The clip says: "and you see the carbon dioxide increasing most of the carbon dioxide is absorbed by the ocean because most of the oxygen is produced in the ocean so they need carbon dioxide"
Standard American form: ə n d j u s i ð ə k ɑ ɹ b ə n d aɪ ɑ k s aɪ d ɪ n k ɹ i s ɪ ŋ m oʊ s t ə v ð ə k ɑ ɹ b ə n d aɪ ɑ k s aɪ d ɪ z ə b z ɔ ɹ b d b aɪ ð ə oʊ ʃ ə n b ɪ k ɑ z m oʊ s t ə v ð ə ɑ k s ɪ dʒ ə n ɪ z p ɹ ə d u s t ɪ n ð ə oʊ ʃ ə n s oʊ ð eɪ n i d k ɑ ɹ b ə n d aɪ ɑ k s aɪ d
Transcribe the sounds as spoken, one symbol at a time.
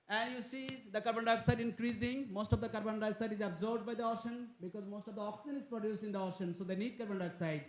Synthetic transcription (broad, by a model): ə n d j u s i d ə k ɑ ɹ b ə n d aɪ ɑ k s aɪ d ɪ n k ɹ i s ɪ ŋ m oʊ s t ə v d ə k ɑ ɹ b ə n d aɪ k s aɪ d ɪ z ə b z ɔ ɹ b d b aɪ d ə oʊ ʃ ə n b ɪ k ɑ z m oʊ s t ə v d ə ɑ k s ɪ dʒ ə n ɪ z p ɹ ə d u s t ɪ n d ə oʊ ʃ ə n s oʊ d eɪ n i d k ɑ ɹ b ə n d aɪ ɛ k s aɪ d